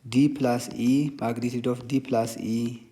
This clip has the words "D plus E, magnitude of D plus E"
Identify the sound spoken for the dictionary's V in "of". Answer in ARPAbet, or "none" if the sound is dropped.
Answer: F